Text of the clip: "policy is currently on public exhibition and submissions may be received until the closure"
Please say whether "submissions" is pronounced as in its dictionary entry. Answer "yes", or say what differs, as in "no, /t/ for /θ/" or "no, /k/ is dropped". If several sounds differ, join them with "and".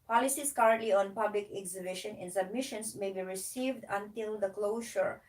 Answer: no, /s/ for /z/